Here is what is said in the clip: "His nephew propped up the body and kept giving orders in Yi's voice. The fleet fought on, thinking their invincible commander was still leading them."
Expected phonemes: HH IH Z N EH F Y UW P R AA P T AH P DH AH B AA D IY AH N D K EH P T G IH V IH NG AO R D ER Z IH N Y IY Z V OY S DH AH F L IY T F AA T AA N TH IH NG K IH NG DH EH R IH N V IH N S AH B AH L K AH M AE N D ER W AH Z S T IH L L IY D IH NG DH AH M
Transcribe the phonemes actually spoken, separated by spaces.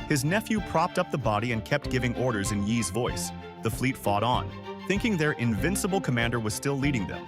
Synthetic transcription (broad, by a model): HH IH Z N EH F Y UW P R AA P T AH P DH AH B AA D IY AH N K EH P T G IH V IH NG AO R D ER Z IH N Y IY Z V OY S DH AH F L IY T F AA T N TH IH NG K IH NG DH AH R IH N V IH N S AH B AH L K AH M AE N D ER W AH Z S T IH L L IY D IH NG DH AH M